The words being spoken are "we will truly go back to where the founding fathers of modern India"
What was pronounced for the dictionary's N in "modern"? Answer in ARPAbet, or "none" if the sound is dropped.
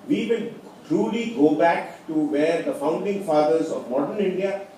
N